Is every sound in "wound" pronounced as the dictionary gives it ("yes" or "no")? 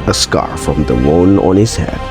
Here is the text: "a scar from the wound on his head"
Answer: no